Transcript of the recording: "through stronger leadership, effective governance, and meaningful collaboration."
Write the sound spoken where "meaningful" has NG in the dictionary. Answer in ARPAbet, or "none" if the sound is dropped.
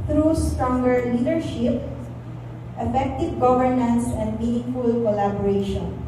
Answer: NG